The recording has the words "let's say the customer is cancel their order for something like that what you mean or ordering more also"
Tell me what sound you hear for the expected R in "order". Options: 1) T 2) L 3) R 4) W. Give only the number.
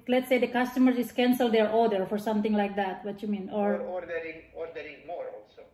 2